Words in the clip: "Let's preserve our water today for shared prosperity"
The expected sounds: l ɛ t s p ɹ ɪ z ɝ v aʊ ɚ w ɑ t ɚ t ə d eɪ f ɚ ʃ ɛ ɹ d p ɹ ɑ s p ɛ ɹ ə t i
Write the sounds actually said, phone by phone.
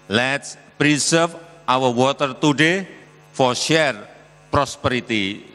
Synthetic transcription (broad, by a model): l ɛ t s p ɹ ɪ s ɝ f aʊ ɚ w ɑ t ɚ t ə d eɪ f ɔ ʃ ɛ ɹ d p ɹ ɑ s p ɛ ɹ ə t i